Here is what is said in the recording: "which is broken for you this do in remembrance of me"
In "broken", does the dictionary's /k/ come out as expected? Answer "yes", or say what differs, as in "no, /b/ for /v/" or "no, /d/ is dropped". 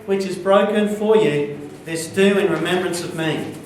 yes